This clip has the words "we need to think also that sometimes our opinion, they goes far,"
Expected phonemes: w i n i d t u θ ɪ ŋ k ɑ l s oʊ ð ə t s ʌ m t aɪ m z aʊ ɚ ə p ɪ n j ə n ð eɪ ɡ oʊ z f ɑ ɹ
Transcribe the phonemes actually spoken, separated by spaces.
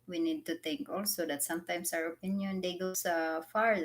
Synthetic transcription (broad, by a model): w i n i d t u t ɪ ŋ k ɑ l s oʊ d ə t s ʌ m t aɪ m s aʊ ɚ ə p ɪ n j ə n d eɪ ɡ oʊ s f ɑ ɹ